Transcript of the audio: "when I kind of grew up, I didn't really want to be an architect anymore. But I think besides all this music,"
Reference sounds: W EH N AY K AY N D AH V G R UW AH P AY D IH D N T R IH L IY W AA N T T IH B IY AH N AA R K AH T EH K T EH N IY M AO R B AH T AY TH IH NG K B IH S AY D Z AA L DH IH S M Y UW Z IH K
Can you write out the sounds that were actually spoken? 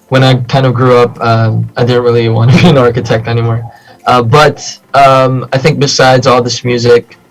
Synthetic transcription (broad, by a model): W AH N AY K AY N D AH V G R UW AH P AY D IH D N T R IH L IY W AA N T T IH B IY AH N AA R K AH T EH K T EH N IY M AO R B AH T AY TH IH NG K B IH S AY D Z AA L DH IH S M Y UW Z IH K